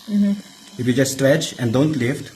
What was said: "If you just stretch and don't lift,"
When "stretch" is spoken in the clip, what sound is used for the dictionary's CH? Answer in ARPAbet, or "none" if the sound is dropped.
CH